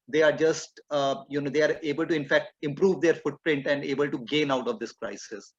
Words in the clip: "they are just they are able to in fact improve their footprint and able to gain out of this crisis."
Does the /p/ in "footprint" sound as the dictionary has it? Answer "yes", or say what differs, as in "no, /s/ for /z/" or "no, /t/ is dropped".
yes